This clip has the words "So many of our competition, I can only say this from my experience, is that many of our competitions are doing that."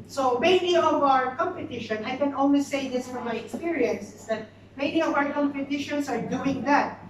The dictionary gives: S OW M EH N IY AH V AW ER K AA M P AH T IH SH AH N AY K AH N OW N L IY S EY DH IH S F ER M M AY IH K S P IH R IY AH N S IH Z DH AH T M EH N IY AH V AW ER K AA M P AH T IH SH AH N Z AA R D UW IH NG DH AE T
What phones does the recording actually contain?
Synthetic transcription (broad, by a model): S OW M EH N IY AH V AW ER K AA M P AH T IH SH AH N AY K AH N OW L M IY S EY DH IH S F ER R M AY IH K S P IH R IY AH N S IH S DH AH T M EH N IY AH V AW ER K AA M P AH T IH SH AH N S AA R D UW IH NG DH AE T